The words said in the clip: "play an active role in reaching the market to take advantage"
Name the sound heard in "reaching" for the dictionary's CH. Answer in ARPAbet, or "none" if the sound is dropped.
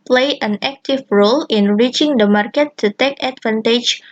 CH